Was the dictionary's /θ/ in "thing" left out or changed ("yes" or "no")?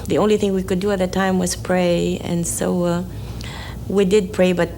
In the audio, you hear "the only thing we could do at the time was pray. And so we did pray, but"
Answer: no